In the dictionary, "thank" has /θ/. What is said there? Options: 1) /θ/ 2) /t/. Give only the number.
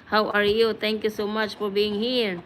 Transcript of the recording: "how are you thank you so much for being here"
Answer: 2